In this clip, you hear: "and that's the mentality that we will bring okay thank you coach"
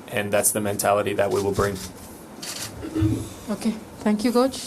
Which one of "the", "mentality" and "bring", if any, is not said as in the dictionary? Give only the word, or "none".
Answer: none